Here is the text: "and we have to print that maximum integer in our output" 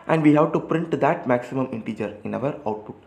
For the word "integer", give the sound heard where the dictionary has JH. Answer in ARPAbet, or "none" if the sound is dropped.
JH